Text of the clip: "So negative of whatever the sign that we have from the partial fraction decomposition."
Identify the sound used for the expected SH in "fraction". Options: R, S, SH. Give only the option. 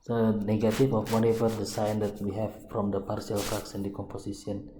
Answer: S